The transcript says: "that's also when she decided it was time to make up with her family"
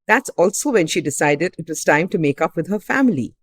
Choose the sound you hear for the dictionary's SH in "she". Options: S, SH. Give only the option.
SH